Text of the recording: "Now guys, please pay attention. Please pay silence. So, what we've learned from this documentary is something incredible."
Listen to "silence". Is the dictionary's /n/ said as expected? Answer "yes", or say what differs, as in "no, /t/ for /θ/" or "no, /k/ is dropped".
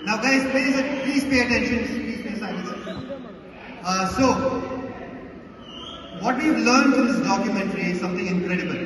no, /n/ is dropped